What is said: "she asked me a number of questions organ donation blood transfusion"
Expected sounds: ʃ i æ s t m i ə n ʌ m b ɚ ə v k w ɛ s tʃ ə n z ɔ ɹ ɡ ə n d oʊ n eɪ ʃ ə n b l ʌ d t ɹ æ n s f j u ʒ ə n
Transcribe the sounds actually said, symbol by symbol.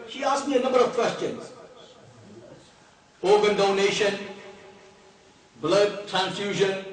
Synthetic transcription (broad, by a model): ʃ i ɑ s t m i ə n ʌ m b ɚ ə v k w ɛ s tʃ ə n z ɔ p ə n d oʊ n eɪ ʃ ə n b l ʌ d t ɹ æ n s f j u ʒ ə n